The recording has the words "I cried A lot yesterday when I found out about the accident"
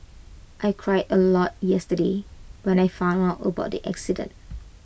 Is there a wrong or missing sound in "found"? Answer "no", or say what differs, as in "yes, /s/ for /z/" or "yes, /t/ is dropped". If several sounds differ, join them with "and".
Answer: yes, /d/ is dropped